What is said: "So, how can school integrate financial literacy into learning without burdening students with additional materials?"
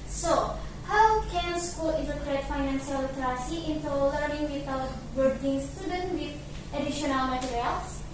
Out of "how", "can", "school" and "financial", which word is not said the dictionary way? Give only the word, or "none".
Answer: financial